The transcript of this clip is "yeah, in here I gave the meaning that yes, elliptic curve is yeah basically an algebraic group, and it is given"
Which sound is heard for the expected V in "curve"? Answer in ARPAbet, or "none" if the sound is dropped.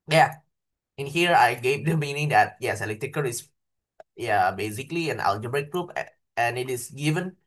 none